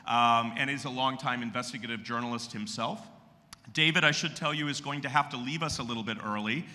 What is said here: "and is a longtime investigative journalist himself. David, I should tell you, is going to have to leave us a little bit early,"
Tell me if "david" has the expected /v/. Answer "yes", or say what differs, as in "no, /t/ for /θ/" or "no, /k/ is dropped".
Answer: yes